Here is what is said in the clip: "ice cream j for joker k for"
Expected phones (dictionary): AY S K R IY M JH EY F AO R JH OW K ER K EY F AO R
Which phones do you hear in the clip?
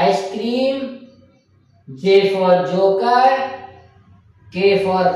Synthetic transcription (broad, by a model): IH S K R IY M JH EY F AO R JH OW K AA K EY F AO R